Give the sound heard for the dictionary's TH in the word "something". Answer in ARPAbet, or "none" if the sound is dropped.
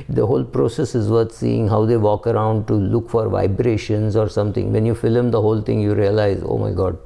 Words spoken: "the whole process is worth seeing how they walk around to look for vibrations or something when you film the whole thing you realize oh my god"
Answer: T